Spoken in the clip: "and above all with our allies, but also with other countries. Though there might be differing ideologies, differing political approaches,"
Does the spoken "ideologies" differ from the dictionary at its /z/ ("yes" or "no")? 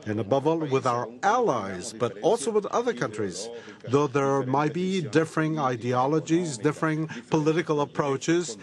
no